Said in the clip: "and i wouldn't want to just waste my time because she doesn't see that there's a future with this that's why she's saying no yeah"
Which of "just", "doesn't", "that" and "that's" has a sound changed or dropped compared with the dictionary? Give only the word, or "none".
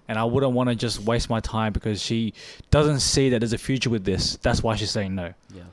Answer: none